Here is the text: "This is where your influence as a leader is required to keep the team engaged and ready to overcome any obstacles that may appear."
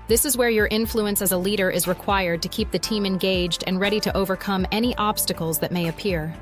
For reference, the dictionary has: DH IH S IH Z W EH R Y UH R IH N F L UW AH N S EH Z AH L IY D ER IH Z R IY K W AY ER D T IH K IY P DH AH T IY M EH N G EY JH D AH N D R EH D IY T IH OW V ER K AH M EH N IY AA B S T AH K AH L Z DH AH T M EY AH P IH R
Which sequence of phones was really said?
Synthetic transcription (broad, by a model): DH IH S IH Z W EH R Y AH R IH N F L UW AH N S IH Z AH L IY D ER IH Z R IY K W AY ER D T IH K IY P DH AH T IY M EH N G EY JH D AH N R EH D IY T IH OW V ER K AH M EH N IY AA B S T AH K L Z DH AH T M EY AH P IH R